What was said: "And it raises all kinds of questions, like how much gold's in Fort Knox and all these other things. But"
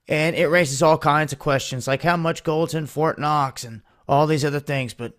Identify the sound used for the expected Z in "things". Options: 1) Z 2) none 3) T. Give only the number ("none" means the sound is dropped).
1